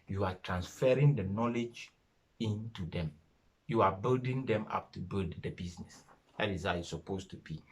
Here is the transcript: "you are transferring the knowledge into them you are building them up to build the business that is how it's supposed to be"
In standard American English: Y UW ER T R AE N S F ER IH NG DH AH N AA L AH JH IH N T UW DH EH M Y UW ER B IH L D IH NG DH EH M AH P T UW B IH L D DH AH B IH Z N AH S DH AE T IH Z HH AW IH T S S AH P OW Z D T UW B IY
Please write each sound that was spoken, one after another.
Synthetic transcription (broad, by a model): Y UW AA T R AE N S F ER IH NG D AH N AA L AH JH IH N T UW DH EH M Y UW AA B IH L D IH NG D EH M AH P T UW B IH L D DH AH B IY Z N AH S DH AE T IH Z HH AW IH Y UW S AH P OW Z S T UW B IY